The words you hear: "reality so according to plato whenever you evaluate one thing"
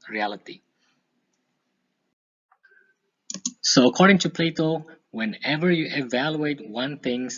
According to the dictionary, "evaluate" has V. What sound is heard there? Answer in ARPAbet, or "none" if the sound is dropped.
V